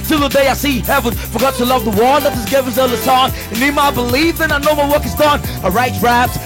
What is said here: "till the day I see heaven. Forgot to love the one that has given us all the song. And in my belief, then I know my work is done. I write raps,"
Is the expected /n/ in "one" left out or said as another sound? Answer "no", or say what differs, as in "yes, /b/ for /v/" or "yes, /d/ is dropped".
yes, /l/ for /n/